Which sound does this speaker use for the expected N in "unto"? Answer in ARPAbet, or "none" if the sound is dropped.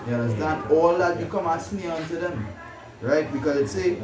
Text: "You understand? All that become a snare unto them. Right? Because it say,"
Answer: N